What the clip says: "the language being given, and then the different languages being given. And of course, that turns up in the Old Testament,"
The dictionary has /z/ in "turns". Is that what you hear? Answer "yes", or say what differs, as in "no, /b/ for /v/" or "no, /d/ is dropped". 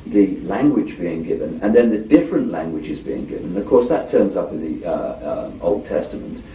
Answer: yes